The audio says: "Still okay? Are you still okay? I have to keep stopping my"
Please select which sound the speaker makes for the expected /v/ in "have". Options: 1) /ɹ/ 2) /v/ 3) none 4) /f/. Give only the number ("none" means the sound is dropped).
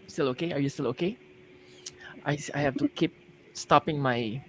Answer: 4